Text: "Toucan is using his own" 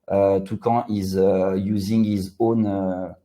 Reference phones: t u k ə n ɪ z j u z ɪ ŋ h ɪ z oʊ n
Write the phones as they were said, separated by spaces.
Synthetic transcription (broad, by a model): t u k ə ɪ z j u z ɪ ŋ h ɪ z oʊ n